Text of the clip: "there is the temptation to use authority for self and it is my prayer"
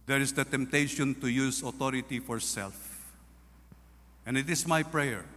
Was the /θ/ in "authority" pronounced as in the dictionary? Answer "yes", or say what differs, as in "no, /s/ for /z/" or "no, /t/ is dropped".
no, /t/ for /θ/